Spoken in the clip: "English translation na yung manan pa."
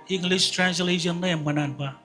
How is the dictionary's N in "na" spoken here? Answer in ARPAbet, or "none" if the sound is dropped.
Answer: L